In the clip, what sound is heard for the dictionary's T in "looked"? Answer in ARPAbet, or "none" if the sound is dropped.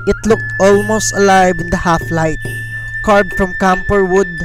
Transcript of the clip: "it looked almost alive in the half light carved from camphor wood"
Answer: T